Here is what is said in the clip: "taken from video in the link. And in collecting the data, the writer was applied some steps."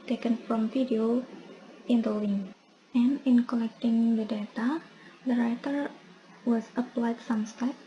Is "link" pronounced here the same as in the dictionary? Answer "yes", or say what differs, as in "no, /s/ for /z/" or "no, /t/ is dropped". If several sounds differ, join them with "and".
no, /k/ is dropped